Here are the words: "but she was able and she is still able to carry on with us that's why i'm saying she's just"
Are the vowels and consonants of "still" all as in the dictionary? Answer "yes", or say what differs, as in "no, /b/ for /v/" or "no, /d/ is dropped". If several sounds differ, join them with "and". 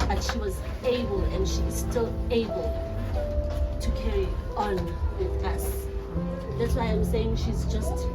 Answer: yes